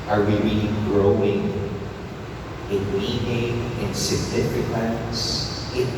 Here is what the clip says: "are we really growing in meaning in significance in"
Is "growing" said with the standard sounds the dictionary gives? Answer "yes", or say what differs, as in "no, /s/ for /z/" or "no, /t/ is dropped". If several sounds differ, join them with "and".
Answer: yes